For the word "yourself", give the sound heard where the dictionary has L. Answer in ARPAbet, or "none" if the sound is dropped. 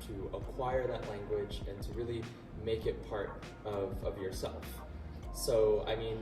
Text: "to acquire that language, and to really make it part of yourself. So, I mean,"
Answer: L